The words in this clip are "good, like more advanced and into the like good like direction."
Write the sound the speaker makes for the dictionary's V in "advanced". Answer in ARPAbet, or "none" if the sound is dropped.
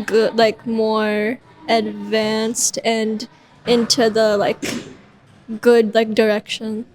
V